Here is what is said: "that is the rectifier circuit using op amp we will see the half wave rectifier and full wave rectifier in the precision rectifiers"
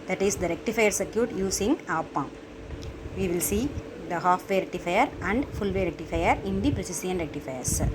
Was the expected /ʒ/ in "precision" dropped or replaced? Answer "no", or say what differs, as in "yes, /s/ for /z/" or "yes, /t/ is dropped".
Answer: yes, /s/ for /ʒ/